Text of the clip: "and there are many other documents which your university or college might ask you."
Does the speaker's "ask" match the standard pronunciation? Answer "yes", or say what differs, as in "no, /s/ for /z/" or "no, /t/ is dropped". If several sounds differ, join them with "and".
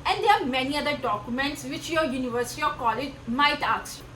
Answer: no, /s/ is dropped